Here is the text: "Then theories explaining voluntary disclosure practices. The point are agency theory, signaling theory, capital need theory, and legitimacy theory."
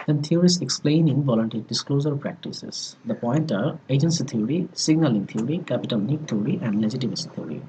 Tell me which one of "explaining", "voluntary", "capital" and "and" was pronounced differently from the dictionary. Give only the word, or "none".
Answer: none